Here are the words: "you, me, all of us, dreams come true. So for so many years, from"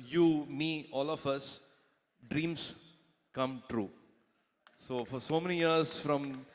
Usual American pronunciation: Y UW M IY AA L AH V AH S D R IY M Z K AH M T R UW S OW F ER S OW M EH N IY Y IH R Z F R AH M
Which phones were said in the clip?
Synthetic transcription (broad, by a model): Y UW M IY AA L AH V AH S D R IY M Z K AH M T R UW S OW F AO S OW M EH N IY Y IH R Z F R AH M